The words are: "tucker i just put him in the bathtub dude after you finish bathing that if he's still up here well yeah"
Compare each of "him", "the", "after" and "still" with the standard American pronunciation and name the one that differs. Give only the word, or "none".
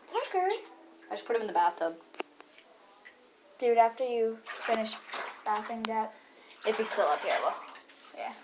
none